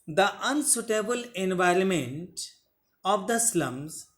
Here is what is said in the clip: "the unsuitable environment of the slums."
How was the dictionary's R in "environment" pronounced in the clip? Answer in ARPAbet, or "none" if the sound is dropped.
R